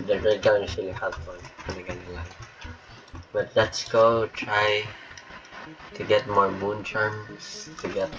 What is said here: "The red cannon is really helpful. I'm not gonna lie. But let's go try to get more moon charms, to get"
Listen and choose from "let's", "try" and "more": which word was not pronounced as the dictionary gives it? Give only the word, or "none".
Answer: none